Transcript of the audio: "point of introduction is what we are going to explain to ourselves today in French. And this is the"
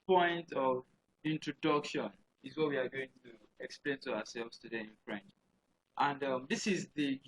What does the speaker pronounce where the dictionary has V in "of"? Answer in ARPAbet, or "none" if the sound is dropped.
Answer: V